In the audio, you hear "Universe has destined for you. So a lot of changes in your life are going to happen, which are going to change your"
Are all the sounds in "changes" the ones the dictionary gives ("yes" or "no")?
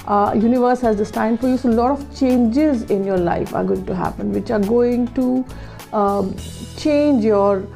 yes